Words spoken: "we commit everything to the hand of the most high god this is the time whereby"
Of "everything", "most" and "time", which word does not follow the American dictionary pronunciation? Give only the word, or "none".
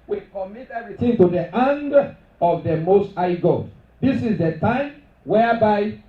everything